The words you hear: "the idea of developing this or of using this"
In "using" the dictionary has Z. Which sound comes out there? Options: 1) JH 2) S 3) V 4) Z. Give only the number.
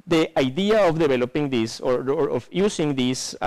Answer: 2